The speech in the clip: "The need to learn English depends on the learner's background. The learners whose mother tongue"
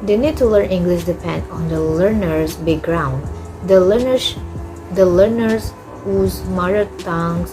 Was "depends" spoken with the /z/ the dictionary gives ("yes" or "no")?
no